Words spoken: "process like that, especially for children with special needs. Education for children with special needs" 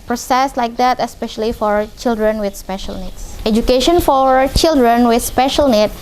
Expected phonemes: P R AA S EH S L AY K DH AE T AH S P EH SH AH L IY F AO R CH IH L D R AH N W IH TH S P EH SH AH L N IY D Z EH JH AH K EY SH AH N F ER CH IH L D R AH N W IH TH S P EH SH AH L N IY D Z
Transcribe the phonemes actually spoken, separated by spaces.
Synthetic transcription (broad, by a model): P R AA S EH S L AY K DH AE T AH S P EH SH AH L IY F AO R CH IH L D R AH N W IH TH S P EH SH AH L N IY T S EH JH AH K EY SH AH N F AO CH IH L D R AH N W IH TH S P EH SH AH L N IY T